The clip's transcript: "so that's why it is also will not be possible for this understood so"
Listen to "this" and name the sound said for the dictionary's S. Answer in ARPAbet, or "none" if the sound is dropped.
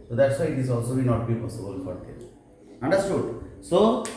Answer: none